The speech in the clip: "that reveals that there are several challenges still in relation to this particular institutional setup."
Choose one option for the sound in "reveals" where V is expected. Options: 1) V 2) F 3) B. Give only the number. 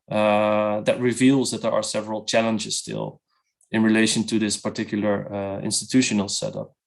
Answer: 1